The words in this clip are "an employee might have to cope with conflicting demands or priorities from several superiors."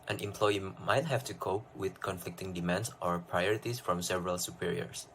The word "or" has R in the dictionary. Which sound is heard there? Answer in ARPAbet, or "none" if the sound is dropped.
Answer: R